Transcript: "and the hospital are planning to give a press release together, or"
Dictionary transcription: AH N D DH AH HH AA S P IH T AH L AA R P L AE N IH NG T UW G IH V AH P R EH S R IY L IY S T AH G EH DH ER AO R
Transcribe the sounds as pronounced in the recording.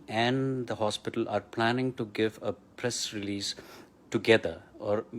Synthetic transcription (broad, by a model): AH N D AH HH AA S P IH T AH L AA R P L AE N IH NG T UW G IH V AH P R EH S R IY L IY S T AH G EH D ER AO R